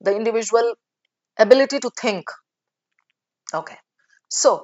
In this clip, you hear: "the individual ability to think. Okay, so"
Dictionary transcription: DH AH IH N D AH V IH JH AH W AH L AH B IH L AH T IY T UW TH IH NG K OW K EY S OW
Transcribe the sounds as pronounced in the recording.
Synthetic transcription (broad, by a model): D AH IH N D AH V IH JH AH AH L AH B IH L AH T IY T UW T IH NG K OW K EY S OW